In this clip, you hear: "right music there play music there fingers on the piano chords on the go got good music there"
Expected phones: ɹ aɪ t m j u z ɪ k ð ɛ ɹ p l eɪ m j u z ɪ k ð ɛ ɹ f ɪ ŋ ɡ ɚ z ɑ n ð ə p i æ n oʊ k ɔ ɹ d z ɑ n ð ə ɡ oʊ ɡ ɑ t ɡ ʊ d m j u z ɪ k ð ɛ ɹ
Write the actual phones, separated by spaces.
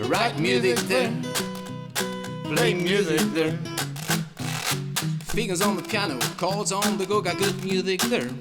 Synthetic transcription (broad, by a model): ɹ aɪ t m j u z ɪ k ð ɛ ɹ b l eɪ m j u z ɪ k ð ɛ ɹ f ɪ ɡ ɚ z ɑ n ð ə p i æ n oʊ k ɔ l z ɑ n ð ə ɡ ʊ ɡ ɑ ɡ ʊ d m j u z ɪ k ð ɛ ɹ